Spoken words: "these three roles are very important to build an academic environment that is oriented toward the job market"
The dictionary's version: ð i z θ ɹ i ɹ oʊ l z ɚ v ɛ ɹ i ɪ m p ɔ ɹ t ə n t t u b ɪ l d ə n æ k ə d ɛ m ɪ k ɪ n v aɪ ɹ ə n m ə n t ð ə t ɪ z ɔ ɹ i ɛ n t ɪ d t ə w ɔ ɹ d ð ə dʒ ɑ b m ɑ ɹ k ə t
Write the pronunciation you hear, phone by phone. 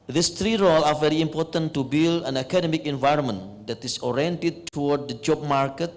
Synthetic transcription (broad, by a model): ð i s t ɹ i ɹ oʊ l ɚ v ɛ ɹ i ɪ m p ɔ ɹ t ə n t t u b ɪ l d ə n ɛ k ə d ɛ m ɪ k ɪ n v aɪ ɹ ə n m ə n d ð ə t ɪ s ɔ ɹ i ɛ n t ɪ d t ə w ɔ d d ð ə dʒ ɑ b m ɑ ɹ k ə t